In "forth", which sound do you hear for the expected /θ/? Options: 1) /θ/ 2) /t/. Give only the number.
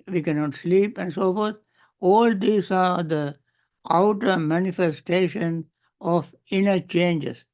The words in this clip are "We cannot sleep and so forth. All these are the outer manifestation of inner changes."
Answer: 2